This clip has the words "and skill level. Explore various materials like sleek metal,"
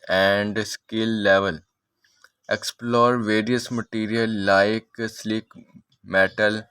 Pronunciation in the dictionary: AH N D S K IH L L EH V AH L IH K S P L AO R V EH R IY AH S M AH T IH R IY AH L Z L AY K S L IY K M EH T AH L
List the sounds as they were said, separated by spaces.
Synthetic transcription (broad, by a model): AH N D S K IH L L EH V AH L IH K S P L AO R V EH R IY AH S M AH T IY R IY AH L L AY K S L IY K M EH T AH L